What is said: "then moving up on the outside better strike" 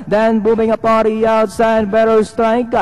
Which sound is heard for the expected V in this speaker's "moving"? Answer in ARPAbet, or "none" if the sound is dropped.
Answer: B